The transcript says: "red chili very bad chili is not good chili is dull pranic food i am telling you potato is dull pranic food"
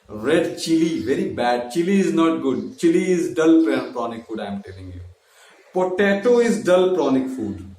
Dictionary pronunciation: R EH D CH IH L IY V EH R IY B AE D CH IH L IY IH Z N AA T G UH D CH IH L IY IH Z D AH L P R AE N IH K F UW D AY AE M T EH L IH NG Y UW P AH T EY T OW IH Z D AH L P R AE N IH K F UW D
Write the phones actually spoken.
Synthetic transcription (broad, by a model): R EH D CH IH L IY V EH R IY B AE D CH IH L IY IH Z N AA T G UH D CH IH L IY IH Z D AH L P R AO N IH K F UW D AY M T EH L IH NG Y UW P AH T EY T OW IH Z D AH L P R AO N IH K F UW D